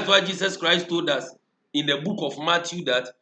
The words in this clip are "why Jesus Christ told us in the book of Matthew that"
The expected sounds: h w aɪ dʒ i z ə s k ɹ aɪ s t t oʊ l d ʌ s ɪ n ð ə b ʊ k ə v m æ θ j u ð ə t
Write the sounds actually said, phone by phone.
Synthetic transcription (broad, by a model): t w aɪ dʒ i s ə s k ɹ aɪ s t t oʊ l d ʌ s ɪ n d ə b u k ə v m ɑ t j u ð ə t